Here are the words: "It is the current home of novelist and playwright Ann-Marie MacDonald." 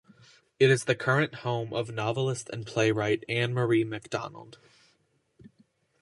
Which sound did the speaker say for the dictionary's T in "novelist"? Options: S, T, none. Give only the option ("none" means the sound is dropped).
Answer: T